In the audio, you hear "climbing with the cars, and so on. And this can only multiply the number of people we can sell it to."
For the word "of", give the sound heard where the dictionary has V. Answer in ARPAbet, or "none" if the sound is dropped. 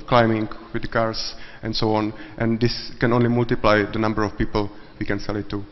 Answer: F